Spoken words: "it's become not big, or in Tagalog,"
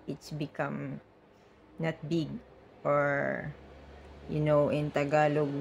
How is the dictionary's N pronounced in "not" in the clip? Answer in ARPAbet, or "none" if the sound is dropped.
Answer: N